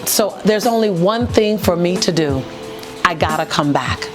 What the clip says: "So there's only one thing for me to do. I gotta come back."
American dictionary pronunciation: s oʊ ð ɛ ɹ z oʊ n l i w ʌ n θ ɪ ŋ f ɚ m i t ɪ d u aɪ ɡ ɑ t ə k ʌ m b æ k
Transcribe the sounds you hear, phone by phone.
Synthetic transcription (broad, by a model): s oʊ ð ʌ ɹ z oʊ n l i w ʌ n θ ɪ ŋ f ɚ m i t ɪ d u aɪ ɡ ɑ t ə k ʌ m b æ k